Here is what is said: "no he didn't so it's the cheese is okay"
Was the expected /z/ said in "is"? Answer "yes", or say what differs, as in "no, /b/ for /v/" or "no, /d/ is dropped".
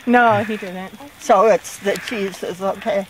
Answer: no, /s/ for /z/